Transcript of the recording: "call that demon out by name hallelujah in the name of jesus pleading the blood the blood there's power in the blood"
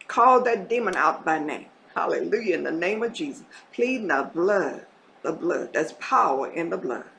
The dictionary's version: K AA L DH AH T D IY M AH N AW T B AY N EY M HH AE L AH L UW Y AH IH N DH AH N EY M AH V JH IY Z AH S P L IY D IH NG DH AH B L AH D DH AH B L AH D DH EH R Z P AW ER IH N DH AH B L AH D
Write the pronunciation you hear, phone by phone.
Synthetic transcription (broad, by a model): K AA L DH AH T D IY M AH N AW T B AY N EY M HH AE L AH L UW Y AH IH N DH AH N EY M AH V JH IY Z AH S P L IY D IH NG DH AH B L AH D DH AH B L AH D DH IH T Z P AW ER IH N DH AH B L AH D